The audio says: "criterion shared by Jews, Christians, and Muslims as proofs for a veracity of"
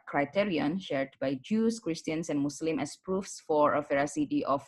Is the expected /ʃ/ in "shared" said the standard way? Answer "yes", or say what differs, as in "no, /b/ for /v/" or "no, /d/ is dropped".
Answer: yes